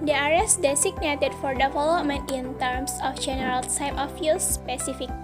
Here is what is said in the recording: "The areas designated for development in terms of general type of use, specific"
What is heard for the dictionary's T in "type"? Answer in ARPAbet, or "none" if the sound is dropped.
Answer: S